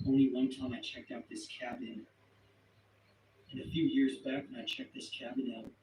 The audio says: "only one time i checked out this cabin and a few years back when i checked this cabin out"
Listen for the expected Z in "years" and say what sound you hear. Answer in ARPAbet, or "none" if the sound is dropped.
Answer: Z